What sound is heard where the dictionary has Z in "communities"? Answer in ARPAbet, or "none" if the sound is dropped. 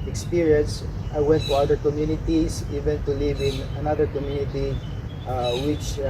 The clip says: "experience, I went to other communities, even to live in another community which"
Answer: S